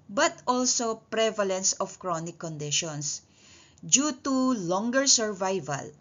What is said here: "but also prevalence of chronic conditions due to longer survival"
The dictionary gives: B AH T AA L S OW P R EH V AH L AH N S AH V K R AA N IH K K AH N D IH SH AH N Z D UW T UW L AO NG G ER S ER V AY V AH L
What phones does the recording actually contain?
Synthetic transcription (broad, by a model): B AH T AA L S OW P R EH V AH L AH N S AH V K R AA N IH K K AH N D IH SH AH N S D UW T UW L AO NG G ER S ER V AY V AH L